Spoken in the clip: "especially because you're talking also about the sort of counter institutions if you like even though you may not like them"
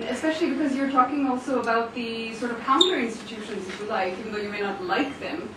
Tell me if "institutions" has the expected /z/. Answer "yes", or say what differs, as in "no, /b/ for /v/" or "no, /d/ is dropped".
yes